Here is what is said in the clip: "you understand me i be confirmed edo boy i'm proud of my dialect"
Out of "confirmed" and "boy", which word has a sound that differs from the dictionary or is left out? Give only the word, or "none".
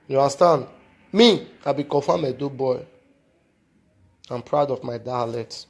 confirmed